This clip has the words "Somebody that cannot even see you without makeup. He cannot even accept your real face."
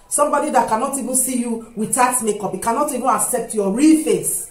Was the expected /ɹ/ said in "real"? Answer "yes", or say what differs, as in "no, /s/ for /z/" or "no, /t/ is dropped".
yes